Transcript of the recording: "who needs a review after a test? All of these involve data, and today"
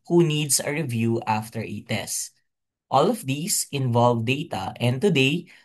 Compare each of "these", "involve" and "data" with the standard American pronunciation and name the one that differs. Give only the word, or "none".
these